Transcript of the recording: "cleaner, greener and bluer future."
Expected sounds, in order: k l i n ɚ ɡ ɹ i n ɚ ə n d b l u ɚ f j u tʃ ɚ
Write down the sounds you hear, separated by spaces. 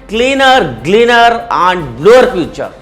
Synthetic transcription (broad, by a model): k l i n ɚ ɡ l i n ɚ ə n d b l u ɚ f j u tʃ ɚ